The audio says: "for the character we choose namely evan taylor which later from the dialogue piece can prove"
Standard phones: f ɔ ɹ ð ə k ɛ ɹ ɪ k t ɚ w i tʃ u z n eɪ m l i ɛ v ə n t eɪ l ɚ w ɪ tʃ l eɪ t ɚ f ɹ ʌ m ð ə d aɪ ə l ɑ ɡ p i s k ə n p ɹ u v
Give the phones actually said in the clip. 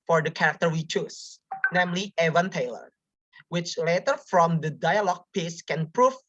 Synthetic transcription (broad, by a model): f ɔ ɹ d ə k ɛ ɹ ɪ k t ɚ w i tʃ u s n eɪ m l i ɛ v ə n t eɪ l ɚ w ɪ tʃ l eɪ t ɚ f ɹ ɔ m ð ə d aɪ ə l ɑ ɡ p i s k ə n p ɹ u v